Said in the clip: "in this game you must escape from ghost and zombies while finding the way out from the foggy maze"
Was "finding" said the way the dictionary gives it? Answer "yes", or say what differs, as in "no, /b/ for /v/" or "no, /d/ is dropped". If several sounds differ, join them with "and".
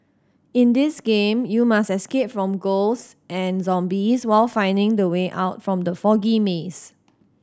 yes